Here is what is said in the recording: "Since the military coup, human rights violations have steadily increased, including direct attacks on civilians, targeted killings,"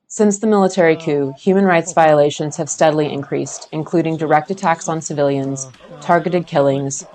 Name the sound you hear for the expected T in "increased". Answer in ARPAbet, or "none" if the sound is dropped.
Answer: T